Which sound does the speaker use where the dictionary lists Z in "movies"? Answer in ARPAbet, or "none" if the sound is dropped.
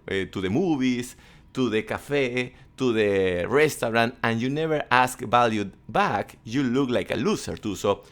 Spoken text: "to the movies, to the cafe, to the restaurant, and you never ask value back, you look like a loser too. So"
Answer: S